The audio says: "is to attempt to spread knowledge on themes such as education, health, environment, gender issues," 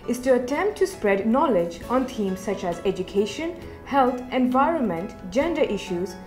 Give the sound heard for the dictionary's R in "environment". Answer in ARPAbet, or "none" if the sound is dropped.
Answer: R